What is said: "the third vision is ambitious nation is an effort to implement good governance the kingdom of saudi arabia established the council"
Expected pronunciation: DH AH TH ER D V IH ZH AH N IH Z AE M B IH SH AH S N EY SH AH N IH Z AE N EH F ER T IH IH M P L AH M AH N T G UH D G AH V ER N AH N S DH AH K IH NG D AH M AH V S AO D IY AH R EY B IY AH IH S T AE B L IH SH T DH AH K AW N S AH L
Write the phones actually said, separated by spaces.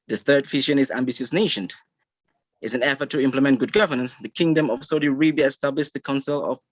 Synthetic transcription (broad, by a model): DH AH TH ER D F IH SH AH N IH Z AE M B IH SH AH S N EY SH AH N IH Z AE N EH F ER T IH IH M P L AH M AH N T G UH D G AH V ER N AH N S DH AH K IH NG D AH M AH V S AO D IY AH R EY B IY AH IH S T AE B L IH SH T DH AH K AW N S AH L